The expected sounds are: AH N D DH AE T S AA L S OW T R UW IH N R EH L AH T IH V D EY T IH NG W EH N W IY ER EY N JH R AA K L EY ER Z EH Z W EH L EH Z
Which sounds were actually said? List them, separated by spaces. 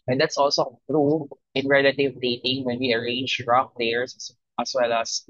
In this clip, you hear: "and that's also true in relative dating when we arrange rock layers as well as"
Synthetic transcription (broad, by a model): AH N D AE T S AA L S OW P R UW IH N R EH L AH T IH V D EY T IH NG W EH N W IY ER EY N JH R AA K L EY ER S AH S W EH L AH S